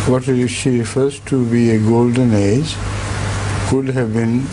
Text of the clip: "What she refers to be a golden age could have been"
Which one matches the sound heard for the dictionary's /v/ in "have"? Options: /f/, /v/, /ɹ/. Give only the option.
/v/